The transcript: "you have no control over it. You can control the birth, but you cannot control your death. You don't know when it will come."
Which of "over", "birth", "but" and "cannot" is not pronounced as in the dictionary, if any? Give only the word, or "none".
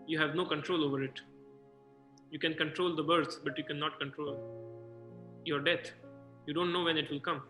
birth